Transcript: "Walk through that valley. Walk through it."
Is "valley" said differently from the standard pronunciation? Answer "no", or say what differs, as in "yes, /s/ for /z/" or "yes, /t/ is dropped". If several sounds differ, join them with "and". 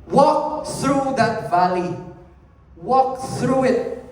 no